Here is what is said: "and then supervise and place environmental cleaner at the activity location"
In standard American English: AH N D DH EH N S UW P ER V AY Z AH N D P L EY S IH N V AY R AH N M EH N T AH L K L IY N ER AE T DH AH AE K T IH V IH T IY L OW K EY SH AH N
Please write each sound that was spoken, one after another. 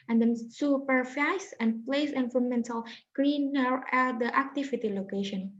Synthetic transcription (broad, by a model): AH N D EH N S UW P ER F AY S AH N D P L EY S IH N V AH M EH N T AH L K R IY N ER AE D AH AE K T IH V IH T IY L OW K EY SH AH N